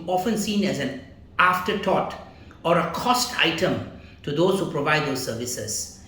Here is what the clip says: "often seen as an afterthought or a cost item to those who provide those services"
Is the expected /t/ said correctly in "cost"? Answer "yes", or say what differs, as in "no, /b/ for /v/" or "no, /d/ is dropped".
yes